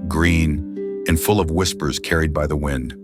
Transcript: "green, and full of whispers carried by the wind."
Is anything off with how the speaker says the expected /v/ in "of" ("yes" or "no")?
no